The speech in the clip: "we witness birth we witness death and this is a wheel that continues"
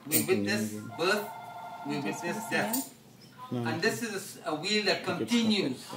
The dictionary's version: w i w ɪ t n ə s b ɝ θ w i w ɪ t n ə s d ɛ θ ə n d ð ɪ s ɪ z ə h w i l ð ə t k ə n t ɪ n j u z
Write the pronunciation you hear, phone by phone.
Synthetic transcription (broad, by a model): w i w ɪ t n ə s b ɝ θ w i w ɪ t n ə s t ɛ f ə n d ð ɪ s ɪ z ə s w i l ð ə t k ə n t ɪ n j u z